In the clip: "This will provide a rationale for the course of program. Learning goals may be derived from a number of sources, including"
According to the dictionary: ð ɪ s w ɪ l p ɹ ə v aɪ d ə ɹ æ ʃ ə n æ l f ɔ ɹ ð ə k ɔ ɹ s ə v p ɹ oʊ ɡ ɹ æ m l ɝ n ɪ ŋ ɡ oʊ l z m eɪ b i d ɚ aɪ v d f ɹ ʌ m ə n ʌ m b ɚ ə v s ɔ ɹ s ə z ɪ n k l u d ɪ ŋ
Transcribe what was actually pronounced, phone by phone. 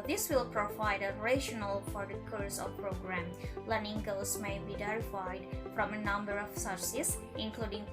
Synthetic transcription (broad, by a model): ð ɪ s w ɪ l p ɹ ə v aɪ d ə ɹ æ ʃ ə n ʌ l f ɔ ɹ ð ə k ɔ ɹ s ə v p ɹ oʊ ɡ ɹ æ m l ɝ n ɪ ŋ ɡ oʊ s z m eɪ b i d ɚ aɪ d f ɹ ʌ m ə n ʌ m b ɚ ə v s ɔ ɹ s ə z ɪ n k l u d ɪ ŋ